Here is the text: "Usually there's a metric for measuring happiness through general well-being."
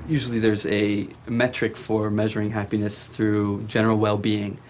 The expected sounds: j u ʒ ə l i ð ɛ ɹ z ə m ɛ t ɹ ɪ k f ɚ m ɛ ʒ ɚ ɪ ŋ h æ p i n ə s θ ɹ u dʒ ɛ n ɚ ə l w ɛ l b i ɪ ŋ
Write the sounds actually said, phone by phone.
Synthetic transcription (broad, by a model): j u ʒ l i ð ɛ ɹ z ə m ɛ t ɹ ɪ k f ɚ m ɛ ʒ ɚ ɪ ŋ h æ p i n ə s θ ɹ u dʒ ɛ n ɚ l w ɛ l b i ɪ ŋ